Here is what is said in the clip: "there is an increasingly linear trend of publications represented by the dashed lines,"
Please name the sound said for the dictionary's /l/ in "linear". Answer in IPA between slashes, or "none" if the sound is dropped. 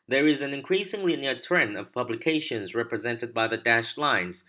/n/